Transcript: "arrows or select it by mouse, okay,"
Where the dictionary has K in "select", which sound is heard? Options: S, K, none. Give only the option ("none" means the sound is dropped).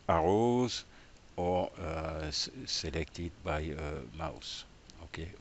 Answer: K